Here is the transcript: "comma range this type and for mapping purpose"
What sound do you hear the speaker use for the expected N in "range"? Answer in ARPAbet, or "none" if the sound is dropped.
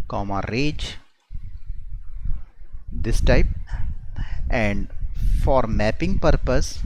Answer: none